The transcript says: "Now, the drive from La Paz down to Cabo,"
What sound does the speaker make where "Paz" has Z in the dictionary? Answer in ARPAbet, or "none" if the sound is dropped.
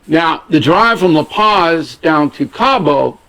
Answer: Z